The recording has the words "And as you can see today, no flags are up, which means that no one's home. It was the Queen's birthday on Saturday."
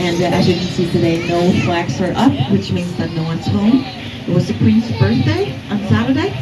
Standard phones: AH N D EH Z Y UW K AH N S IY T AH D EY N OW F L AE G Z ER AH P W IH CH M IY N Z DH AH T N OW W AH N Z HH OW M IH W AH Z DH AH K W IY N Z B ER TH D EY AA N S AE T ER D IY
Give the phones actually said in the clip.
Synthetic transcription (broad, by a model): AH N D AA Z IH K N S IY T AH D EY N OW F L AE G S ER AH P W IH CH M IY N Z DH AH T N OW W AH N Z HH OW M IH W AH Z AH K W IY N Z B ER TH D EY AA N S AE T ER D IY